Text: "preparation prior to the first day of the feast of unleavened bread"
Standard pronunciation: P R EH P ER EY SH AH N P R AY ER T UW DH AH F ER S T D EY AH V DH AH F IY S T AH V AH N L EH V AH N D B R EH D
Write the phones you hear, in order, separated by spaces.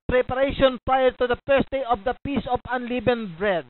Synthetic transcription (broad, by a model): P R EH P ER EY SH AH N P R AY ER T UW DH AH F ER S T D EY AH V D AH P IY S AH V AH N L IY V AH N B R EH D